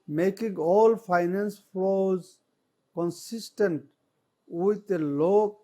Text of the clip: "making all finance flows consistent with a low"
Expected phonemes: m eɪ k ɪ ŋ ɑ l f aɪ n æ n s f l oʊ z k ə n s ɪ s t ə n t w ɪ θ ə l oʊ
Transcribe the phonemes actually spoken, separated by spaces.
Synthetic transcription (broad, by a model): m eɪ k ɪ ŋ ɑ l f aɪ n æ n s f oʊ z k ə n s ɪ s t ə n t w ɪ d ə l oʊ